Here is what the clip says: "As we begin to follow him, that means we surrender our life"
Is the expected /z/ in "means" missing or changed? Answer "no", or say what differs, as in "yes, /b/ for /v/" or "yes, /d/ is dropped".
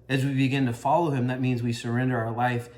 no